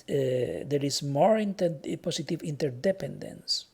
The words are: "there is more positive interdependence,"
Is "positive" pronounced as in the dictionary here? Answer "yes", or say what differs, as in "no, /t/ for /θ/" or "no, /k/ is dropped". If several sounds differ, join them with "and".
no, /s/ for /z/